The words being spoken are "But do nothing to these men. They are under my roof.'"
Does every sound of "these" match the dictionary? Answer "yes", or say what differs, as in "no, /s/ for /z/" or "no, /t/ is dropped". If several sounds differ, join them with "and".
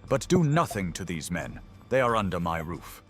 yes